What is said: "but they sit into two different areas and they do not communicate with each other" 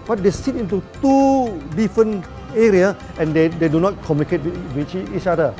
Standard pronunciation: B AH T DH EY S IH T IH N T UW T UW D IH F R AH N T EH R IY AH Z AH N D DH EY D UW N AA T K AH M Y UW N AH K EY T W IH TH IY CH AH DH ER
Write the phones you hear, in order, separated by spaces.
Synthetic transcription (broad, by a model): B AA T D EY S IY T IH N T UW T UW D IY F R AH N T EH R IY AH AH N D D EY D UW N AA T K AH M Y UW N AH K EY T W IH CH IY CH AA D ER